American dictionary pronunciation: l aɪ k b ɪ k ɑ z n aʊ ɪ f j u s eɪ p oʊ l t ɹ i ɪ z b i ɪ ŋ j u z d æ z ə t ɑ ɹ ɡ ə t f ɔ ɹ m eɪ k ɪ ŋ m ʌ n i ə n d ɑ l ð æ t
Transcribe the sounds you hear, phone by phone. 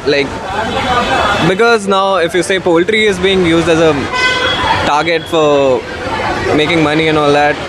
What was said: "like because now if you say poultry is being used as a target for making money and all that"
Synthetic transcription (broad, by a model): l aɪ k b ɪ k ɑ z n aʊ ɪ f j u s eɪ p oʊ l t ɹ i ɪ z b i ɪ ŋ j u z d æ z ə t ɑ ɹ ɡ ə t f ɔ ɹ m eɪ k ɪ ŋ m ʌ n i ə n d ɑ l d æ t